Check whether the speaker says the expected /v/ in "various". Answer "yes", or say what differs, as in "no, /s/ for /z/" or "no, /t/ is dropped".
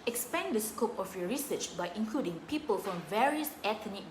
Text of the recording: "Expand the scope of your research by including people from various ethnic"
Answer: yes